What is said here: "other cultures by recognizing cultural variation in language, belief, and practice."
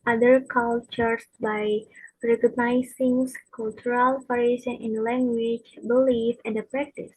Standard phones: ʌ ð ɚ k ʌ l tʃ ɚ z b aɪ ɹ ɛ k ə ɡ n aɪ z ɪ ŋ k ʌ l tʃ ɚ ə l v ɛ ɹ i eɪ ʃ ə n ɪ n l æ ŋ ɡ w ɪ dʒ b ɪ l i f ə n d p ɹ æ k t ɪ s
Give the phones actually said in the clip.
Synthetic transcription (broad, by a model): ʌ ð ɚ k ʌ l tʃ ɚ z b aɪ ɹ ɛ k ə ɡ n aɪ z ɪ ŋ k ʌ l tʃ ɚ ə l p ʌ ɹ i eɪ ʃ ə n ɪ n l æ ŋ ɡ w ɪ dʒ b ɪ l i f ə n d p ɹ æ k t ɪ s